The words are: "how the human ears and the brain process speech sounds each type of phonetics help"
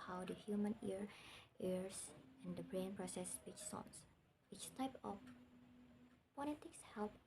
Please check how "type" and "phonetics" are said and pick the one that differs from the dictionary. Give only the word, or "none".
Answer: phonetics